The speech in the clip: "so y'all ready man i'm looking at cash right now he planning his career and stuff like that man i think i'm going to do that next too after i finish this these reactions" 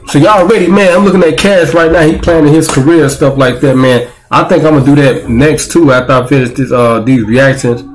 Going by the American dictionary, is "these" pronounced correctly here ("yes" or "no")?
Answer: yes